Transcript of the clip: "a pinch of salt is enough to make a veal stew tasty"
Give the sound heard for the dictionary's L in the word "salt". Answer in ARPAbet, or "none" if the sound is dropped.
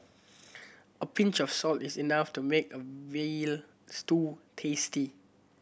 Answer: L